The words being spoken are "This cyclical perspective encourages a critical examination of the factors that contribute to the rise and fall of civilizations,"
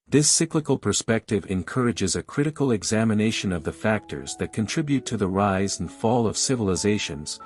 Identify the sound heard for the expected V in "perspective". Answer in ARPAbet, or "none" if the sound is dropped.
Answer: V